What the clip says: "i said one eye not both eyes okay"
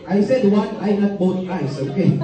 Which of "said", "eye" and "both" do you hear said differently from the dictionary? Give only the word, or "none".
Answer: both